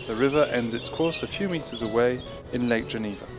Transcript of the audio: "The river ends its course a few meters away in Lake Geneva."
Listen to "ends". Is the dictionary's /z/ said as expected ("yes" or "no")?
yes